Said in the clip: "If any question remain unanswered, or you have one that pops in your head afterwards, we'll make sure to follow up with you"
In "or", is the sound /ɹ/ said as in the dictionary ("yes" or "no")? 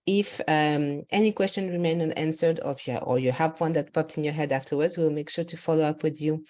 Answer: yes